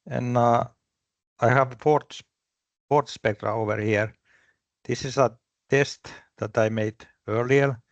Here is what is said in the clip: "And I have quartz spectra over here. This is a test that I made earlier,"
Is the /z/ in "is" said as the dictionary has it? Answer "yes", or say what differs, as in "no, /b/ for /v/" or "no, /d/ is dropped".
no, /s/ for /z/